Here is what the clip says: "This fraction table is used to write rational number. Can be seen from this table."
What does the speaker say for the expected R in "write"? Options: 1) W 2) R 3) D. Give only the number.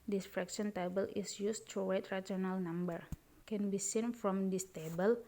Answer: 1